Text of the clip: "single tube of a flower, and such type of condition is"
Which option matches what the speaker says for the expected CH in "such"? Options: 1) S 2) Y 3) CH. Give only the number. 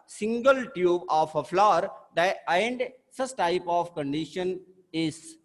1